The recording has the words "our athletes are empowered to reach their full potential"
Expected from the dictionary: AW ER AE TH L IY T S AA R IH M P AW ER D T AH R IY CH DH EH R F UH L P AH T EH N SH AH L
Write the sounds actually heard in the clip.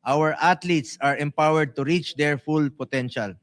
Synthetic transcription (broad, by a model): AW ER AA T L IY T S AA R IH M P AW ER D T AH R IY CH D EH R F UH L P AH T EH N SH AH L